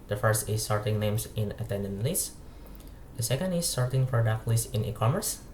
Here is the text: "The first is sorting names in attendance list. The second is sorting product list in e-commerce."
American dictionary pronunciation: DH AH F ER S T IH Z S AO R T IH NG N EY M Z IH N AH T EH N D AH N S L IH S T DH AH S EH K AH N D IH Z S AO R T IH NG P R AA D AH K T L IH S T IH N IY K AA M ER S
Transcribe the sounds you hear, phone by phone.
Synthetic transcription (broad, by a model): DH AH F ER S T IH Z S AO R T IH NG N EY M S IH N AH T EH N D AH N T L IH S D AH S EH K AH N D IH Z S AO R T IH NG F R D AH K L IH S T IH N IY K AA M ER S